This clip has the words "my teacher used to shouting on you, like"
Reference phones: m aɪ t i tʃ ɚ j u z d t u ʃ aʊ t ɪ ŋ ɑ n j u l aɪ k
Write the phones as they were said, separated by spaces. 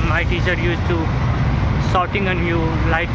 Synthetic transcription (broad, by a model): m aɪ t i tʃ ɚ j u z t u s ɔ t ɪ ŋ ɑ n j u l aɪ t